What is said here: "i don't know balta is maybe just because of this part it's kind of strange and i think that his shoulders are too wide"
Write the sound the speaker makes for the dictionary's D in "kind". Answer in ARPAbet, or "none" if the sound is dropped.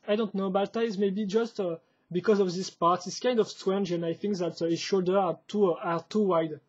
D